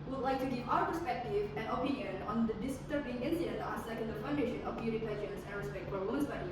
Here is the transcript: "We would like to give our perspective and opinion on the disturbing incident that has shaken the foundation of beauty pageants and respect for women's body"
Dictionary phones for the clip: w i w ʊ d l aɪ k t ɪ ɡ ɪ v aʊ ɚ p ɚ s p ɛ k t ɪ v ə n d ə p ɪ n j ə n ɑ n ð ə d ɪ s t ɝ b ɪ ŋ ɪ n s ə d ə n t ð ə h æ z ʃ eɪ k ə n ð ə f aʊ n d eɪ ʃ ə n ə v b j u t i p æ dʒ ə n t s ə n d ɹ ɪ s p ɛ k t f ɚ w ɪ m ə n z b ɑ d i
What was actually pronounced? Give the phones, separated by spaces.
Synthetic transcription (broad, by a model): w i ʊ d l aɪ k t ɪ ɡ ɪ v aʊ ɚ p ɚ s p ɛ k t ɪ v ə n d ə p ɪ n j ə n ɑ n ð ə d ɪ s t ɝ ɪ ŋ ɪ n ə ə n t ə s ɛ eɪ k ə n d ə f aʊ n d eɪ ʃ ə n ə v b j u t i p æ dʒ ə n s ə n ɹ ɪ s p ɛ k t f ɚ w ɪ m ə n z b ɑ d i